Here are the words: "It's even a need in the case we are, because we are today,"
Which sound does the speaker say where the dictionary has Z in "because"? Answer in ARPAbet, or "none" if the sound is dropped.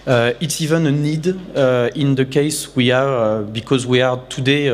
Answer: Z